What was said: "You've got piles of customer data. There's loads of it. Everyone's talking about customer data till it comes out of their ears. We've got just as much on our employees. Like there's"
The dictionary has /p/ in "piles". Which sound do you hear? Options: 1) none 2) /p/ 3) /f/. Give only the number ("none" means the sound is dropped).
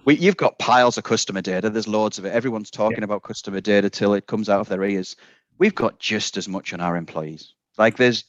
2